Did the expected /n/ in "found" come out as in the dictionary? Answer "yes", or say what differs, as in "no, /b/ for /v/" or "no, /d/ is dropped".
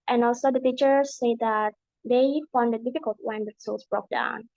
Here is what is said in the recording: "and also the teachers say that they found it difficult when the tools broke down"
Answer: yes